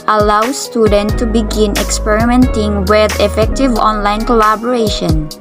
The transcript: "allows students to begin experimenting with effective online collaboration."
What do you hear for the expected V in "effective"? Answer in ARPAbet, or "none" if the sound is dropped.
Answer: V